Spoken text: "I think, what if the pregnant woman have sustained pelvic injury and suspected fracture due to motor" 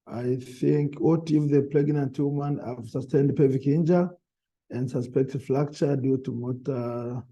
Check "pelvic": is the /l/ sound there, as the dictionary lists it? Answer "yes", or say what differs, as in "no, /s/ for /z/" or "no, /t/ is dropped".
no, /l/ is dropped